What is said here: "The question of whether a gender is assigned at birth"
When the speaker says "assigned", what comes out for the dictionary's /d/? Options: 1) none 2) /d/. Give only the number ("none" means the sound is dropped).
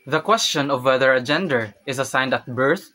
2